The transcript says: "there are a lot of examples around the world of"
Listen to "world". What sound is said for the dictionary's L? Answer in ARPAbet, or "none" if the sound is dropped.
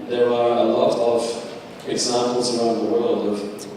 L